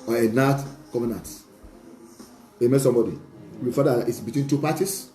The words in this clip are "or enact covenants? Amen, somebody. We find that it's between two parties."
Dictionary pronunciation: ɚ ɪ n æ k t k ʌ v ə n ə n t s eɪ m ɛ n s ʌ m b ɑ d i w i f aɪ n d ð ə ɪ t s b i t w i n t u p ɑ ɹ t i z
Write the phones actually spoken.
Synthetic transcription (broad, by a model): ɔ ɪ n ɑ t k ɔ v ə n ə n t eɪ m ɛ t s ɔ m b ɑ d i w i f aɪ d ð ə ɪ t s b i t w i n t u p ɑ t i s